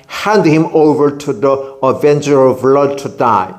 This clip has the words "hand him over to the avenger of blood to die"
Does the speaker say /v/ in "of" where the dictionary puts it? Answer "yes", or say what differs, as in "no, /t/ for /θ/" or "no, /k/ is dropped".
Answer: yes